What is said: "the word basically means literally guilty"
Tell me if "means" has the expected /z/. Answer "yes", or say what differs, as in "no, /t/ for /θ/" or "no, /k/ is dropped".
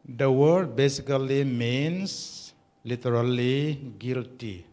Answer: no, /s/ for /z/